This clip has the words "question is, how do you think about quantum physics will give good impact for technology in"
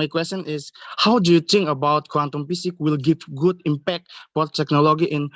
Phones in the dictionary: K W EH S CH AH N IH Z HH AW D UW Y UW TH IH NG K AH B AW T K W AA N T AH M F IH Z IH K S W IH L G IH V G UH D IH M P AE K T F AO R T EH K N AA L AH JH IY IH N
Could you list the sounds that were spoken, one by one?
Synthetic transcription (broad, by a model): K W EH S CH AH N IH S HH AW D UW Y UW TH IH NG K AH B AW T K W AA N T AH M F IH S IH K W IH L G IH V G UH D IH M P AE K T F AO R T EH K N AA L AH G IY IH N